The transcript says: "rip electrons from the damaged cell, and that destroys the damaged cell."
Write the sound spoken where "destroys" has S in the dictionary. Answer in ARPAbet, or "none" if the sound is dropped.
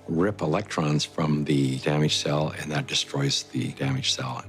S